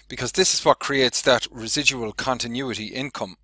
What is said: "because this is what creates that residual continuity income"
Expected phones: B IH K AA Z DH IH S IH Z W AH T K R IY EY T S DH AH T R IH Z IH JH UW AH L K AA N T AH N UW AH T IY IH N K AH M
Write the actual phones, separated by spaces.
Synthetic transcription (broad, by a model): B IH K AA Z DH IH S IH Z W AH T K R IY EY T S DH AH T R IH Z IH JH UW AH L K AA N T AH N UW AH T IY IH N K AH M